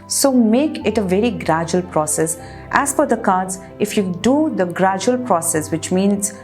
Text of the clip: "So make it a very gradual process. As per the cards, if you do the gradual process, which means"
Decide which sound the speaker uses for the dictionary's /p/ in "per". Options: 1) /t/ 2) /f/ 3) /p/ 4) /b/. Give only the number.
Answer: 2